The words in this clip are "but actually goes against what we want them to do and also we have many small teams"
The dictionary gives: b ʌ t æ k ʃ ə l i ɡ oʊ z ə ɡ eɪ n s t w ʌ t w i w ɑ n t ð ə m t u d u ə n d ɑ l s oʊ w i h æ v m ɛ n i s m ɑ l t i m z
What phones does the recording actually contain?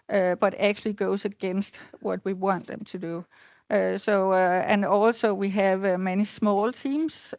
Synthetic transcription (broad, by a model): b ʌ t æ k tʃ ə l i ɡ oʊ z ə ɡ eɪ n s t w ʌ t w i w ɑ n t ð ə m t u d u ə n ɑ l s oʊ w i h æ v m ɛ n i s m ɑ l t i m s